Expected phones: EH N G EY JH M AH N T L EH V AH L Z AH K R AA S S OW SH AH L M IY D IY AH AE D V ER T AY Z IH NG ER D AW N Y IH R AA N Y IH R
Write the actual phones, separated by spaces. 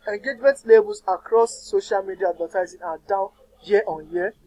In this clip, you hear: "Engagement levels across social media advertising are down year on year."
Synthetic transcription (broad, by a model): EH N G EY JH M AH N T L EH B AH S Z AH K R AA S S OW SH AH L M IY D IY AH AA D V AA T AY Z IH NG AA D AW N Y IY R AA N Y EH